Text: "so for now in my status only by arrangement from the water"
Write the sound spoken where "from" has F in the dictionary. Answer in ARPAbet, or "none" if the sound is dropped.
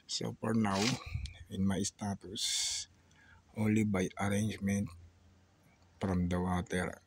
P